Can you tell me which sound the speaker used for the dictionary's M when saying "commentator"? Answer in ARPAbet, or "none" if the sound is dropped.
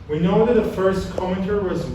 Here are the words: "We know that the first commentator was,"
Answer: none